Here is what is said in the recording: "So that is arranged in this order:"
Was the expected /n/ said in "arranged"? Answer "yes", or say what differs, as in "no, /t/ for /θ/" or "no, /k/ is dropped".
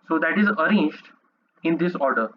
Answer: yes